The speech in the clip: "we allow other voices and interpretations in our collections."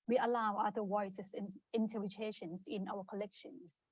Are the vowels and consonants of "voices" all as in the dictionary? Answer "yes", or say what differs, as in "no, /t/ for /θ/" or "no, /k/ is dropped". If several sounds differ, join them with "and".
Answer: no, /w/ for /v/ and /s/ is dropped